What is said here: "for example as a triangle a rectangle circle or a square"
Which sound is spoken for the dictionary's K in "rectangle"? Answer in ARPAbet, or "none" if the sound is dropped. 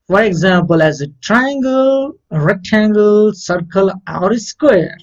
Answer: none